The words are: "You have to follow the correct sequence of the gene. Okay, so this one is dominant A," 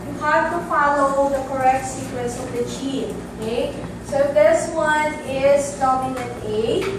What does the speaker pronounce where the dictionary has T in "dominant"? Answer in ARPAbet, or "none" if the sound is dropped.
none